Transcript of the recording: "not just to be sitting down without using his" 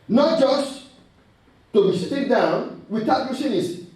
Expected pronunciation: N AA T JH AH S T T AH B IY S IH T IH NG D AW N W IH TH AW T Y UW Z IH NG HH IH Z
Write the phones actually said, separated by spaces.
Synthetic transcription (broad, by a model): N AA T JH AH S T T AH B IY S IH T IH NG D AW N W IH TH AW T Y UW S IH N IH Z